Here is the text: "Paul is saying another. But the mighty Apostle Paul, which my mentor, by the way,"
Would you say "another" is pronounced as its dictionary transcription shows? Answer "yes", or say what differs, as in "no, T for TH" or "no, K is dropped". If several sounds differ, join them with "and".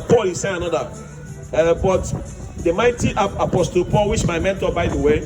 no, DH is dropped